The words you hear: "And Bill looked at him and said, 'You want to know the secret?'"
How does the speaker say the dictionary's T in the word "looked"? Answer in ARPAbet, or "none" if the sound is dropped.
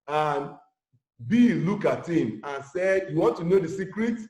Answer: none